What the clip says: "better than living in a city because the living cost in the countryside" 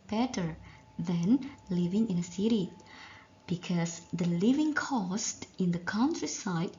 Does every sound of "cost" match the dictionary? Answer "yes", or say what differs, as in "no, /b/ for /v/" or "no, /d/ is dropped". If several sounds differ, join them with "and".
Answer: yes